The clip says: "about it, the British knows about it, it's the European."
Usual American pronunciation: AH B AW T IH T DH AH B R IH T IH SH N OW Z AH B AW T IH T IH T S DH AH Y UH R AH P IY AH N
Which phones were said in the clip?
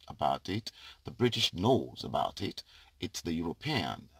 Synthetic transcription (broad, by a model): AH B AW T IH T DH AH B R IH T IH SH N OW Z AH B AW T IH T IH T S DH AH Y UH R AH P IY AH N